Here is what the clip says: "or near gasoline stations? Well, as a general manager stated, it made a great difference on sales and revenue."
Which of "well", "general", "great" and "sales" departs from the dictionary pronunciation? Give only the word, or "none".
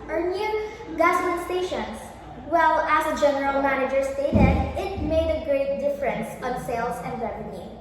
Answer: sales